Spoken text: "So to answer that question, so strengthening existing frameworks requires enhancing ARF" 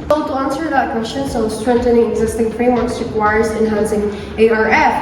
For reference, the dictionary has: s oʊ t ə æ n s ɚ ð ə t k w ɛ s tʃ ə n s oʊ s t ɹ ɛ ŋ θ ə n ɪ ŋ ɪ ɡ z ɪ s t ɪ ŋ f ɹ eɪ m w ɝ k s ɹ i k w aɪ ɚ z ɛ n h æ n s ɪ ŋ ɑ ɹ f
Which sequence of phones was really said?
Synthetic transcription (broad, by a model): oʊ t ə æ n s ɚ ð ə t k w ɛ s tʃ ə n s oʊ s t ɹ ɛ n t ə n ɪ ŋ ɪ ɡ z ɪ s t ɪ ŋ f ɹ eɪ m w ɝ k s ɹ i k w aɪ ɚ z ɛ n h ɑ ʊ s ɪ ŋ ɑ ɹ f